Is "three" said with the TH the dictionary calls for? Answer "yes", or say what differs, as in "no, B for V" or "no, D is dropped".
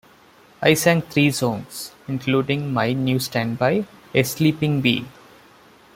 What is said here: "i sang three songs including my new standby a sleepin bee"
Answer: no, T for TH